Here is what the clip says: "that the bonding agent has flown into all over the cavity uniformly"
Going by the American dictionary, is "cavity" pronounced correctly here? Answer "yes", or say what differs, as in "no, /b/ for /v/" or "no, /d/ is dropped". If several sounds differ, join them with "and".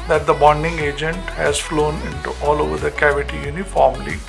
yes